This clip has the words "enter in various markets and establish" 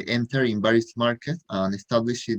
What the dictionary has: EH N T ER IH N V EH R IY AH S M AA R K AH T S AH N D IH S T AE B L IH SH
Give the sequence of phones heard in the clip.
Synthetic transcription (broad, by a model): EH N T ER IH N B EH R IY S M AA R K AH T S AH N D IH S T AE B L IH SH